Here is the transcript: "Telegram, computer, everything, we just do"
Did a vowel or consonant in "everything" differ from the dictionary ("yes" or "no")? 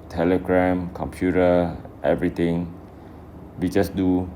yes